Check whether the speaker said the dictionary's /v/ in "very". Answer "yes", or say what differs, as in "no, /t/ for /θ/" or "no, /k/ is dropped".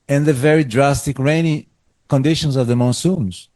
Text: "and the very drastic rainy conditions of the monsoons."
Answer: yes